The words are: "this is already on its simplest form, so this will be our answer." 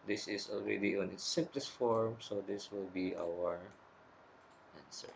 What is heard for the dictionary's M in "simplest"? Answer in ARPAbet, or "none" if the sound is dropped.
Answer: none